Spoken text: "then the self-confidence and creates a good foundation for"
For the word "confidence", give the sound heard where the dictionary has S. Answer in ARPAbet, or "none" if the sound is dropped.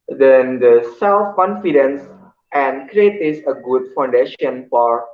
S